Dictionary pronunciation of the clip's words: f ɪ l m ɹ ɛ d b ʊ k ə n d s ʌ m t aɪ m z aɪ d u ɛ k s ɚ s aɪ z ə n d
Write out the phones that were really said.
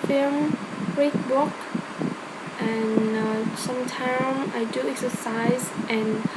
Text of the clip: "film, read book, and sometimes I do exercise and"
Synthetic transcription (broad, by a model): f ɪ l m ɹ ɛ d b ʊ k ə n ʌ s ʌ m t aɪ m aɪ d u ɛ k s ɚ s aɪ z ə n